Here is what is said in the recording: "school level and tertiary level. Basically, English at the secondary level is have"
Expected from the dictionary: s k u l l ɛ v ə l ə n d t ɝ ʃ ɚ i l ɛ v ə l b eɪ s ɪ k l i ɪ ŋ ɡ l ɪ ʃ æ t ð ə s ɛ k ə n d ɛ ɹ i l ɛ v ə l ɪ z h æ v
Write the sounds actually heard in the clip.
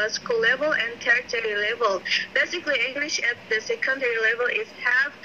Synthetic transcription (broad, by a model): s k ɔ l l ɛ v ə l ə n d t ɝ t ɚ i l ɛ v ə l b eɪ s ɪ k l i ɪ ŋ ɡ l ɪ ʃ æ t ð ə s ɛ k ə n d ɛ ɹ i l ɛ v ə l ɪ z h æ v